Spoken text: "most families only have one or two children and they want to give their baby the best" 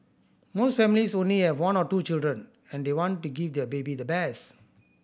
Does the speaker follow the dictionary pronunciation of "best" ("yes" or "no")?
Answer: no